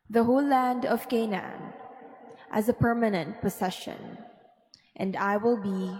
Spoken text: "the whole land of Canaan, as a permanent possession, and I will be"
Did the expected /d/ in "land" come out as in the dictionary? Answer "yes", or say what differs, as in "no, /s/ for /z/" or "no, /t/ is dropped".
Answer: yes